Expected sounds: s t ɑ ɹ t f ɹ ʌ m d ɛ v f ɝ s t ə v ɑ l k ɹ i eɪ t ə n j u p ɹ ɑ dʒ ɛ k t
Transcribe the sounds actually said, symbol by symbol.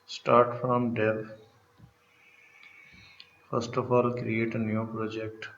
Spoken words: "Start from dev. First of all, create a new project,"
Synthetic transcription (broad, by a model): s t ɑ ɹ t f ɹ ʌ m d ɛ p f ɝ s t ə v ɑ l k ɹ i eɪ t ə n j u p ɹ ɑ dʒ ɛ k t